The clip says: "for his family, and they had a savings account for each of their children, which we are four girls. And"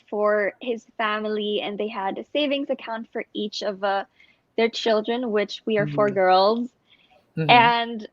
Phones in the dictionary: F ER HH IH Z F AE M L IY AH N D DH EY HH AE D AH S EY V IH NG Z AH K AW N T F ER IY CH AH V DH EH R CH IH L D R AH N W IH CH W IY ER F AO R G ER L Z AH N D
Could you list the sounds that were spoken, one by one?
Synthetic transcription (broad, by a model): F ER HH IH Z F AE M L IY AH N DH EY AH D AH S EY V IH NG Z AH K AW N T F ER IY CH AH V DH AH R CH IH L D R AH N W IH CH W IY ER F AO R G ER L Z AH N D